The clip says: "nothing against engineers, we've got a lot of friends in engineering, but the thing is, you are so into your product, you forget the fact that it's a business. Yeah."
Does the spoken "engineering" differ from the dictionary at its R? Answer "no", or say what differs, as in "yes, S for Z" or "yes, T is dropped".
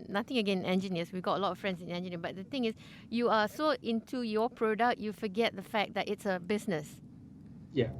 yes, R is dropped